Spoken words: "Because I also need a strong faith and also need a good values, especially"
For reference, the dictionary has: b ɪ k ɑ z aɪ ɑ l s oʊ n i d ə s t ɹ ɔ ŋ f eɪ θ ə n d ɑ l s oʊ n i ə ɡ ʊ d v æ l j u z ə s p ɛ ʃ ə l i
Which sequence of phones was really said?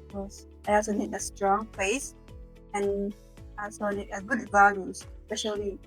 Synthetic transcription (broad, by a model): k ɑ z aɪ ɑ l s oʊ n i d ə s t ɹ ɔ ŋ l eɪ s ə n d ɑ l s oʊ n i ə ɡ ʊ d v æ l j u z s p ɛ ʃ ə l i